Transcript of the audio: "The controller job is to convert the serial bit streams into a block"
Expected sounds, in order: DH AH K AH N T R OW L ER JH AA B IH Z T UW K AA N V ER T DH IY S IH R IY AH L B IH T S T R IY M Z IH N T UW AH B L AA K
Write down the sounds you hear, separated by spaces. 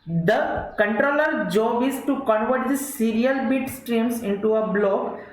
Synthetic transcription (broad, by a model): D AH K AH N T R OW L ER JH AA B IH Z T UW K AA N V ER T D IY S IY R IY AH L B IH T S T R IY M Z IH N T UW AH B L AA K